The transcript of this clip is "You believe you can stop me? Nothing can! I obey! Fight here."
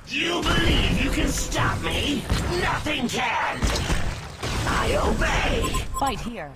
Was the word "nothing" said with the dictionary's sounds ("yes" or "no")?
yes